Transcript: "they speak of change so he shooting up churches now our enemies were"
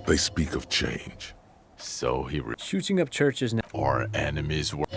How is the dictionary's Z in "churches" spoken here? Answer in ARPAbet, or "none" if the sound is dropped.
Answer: Z